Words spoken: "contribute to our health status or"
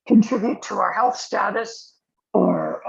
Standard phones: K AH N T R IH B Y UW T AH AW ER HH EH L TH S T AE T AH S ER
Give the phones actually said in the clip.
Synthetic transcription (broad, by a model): K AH N T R IH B Y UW T AH AW ER HH EH L TH S T AE T AH S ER